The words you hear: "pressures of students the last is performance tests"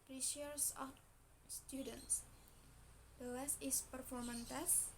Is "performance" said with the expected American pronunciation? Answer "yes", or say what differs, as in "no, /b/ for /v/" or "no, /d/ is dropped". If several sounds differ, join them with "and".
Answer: no, /s/ is dropped